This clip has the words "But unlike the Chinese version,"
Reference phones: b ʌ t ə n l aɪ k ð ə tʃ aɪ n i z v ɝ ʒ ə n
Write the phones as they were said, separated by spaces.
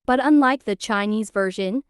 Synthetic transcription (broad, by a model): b ʌ t ə n l aɪ k ð ə tʃ aɪ n i z v ɝ ʒ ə n